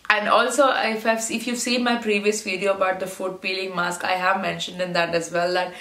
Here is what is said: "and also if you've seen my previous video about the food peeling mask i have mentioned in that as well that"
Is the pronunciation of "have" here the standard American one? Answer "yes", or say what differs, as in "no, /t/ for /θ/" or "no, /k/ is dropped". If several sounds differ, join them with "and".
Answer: yes